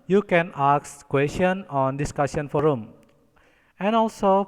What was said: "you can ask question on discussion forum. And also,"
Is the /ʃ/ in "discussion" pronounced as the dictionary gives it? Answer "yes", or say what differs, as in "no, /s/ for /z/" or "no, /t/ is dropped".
no, /s/ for /ʃ/